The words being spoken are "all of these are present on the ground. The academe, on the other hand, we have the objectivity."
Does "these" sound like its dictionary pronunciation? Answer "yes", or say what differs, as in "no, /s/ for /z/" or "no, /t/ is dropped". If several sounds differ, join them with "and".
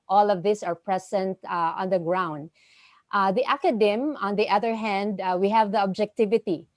no, /s/ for /z/